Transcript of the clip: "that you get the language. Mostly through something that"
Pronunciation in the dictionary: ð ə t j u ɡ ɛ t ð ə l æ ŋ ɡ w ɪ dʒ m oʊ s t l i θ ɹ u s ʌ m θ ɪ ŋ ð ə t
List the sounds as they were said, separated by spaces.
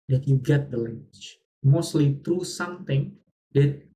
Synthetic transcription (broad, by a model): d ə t j u ɡ ɛ t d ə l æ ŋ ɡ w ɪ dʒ m oʊ s t l i t ɹ u s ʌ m t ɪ ŋ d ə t